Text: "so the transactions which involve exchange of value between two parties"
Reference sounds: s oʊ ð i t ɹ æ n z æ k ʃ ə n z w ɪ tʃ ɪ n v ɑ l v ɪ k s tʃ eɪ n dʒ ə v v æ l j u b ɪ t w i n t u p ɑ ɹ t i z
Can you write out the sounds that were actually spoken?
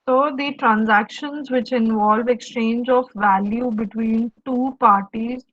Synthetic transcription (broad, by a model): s oʊ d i t ɹ æ n z æ k ʃ ə n z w ɪ tʃ ɪ n v ɑ l v ɪ k s tʃ eɪ n dʒ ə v v æ l j u b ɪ t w i n t u p ɑ ɹ t i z